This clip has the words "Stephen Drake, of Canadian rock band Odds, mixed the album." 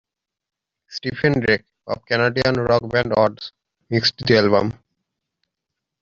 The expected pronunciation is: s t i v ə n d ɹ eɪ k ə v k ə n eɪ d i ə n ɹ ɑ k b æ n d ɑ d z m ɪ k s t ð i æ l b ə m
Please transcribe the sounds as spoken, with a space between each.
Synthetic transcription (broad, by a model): s t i p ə n d ɹ eɪ k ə b k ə n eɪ d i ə n ɹ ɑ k b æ n d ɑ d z m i k s t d i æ l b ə m